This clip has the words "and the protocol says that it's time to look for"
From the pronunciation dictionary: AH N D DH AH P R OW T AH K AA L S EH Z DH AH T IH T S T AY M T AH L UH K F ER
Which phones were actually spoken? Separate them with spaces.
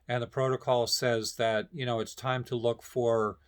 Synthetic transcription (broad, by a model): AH N DH AH P R OW T AH K AA L S EH Z DH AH T IH T S T AY M T AH L UH K F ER